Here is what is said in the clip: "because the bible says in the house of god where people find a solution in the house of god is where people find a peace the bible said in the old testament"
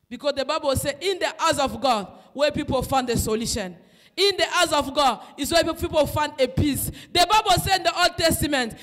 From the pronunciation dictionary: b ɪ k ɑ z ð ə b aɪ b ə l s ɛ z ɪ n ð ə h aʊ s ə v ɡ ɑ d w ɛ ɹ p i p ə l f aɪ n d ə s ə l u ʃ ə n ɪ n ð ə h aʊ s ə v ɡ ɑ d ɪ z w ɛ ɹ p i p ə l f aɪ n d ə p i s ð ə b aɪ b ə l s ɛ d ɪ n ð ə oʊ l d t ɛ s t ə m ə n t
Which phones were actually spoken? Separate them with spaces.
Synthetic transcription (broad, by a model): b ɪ k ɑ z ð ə b aɪ b ə l s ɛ ɪ n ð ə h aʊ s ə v ɡ ɑ d w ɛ p i p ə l f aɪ n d ə s ə l u ʃ ə n ɪ n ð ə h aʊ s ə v ɡ ɑ d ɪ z w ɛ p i p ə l f aɪ n d ə p i s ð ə b aɪ b ə l s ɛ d ɪ n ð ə oʊ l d t ɛ s t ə m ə n t